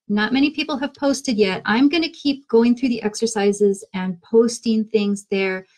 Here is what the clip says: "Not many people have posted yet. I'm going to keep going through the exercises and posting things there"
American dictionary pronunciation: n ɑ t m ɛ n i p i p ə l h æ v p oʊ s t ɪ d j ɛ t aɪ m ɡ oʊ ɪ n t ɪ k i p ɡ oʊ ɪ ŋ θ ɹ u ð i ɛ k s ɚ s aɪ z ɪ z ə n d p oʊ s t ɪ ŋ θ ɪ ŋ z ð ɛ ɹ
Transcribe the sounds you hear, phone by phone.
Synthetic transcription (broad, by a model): n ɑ t m ɛ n i p i p l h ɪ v p oʊ s t ɪ d j ɛ t aɪ m ɡ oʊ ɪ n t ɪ k i p ɡ oʊ ɪ ŋ θ ɹ u ð i ɛ k s ɚ s aɪ z ɪ z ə n p oʊ s t ɪ ŋ θ ɪ ŋ z ð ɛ ɹ